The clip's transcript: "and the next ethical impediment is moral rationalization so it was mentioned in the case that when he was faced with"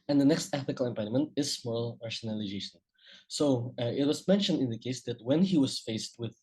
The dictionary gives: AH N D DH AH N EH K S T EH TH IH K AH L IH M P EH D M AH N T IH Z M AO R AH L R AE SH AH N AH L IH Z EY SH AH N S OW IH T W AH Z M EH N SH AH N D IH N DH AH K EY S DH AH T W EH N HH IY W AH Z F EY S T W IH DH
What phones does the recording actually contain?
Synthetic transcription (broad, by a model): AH N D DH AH N EH K S T EH TH IH K AH L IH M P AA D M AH N T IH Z M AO L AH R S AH N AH L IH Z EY SH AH N S OW IH T W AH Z M EH N SH AH N D IH N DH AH K EY S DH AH T W EH N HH IY W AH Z F EY S T W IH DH